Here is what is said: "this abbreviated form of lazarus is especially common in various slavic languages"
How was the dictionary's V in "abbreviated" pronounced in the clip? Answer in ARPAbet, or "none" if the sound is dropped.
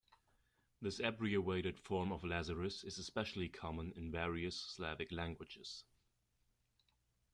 none